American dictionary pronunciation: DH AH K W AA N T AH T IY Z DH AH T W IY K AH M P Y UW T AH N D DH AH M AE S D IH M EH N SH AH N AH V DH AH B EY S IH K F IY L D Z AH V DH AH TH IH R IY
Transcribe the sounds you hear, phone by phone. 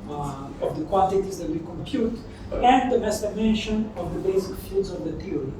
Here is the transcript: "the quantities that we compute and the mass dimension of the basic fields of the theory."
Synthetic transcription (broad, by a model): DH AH K W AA N T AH T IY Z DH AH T W IY K AH M P Y UW T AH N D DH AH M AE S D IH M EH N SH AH N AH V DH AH B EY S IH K F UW D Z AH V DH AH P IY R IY